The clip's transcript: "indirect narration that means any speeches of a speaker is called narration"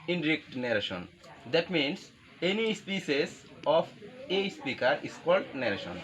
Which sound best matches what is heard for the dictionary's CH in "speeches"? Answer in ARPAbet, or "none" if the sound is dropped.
S